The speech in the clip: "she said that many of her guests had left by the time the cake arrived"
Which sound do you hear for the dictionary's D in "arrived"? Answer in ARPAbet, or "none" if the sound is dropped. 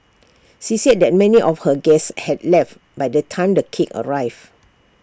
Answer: none